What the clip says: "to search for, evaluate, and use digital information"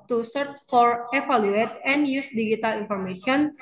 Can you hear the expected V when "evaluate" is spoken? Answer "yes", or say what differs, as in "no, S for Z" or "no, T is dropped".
no, F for V